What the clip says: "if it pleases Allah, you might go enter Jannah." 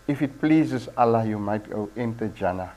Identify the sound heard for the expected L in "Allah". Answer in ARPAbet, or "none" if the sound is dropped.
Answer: L